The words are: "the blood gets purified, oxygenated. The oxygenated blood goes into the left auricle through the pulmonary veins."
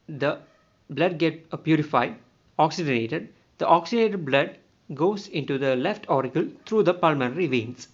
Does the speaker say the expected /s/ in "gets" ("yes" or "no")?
no